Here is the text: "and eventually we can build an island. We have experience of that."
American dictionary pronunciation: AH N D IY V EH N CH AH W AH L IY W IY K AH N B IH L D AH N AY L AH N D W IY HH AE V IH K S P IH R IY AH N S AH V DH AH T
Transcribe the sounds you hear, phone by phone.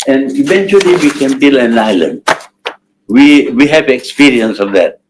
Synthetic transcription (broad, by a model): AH N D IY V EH N CH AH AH L IY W IY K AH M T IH L AH N AY L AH N D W IY HH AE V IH K S P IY R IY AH N S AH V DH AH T